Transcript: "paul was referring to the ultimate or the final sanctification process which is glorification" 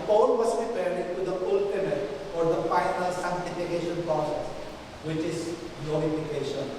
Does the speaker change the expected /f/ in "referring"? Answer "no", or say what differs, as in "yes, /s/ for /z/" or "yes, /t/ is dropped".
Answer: yes, /p/ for /f/